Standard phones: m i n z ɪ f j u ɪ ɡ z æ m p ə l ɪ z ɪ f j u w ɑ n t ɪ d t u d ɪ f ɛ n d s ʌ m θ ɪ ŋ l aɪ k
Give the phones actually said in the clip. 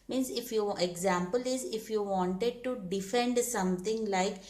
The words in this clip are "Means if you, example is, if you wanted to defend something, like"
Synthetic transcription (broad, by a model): m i n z ɪ f j u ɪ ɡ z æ m p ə l ɪ z ɪ f j u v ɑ n t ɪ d t u d ɪ f ɛ n d s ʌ m t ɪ ŋ l aɪ k